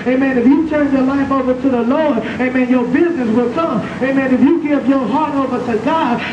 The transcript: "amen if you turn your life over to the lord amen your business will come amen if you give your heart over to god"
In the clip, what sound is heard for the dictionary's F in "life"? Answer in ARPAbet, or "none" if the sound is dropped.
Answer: P